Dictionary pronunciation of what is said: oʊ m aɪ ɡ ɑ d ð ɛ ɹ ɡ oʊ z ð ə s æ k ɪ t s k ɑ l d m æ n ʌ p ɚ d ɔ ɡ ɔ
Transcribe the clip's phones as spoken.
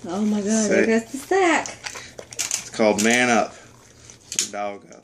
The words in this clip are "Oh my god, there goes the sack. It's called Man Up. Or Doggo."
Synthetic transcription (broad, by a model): oʊ m aɪ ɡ ɑ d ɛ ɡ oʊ s ð ə s æ k ɪ t s k ɑ l d m æ n ʌ p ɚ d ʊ ɡ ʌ